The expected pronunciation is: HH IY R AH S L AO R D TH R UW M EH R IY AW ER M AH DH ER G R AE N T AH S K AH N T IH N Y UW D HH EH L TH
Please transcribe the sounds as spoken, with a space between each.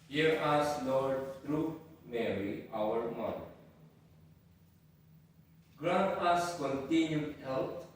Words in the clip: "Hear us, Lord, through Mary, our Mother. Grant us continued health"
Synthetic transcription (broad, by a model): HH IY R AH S L AO R D T R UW M EH R IY AW ER M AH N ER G R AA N AH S K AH N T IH N Y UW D HH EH L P